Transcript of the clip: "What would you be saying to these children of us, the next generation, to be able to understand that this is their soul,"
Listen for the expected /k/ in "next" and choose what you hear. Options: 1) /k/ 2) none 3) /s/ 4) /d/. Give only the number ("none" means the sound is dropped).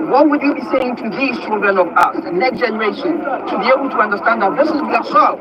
1